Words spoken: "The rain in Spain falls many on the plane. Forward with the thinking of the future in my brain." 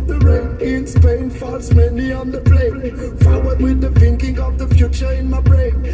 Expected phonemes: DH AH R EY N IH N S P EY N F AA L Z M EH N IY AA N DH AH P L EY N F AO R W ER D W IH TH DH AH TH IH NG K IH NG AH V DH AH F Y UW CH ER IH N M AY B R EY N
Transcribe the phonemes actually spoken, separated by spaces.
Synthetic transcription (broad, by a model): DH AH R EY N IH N S P EY N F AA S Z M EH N IY AA N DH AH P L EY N F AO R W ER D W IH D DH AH F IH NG K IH NG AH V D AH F Y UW CH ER IH N M AY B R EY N